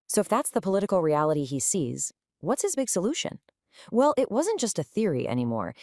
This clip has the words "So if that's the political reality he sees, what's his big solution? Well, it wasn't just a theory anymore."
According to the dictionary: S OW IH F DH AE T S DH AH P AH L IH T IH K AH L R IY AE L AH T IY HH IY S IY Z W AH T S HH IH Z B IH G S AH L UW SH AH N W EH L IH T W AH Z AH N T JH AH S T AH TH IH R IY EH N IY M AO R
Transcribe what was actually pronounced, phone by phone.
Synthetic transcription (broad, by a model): S OW IH F DH AE T S DH AH P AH L IH T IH K L R IY AE L AH T IY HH IY S IY Z W AH T S HH IH Z B IH G S AH L UW SH AH N W EH L IH T W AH Z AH N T JH AH S T AH TH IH R IY EH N IY M AO R